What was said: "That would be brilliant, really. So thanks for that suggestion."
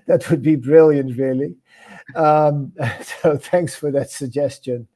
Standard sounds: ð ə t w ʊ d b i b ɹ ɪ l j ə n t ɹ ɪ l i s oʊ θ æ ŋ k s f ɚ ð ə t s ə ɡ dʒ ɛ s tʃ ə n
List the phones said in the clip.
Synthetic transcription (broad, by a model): ð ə t w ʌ d b i b ɹ ɪ l j ə n t ɹ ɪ l i s oʊ θ æ ŋ k s f ɚ ð ə t s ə ɡ dʒ ɛ s tʃ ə n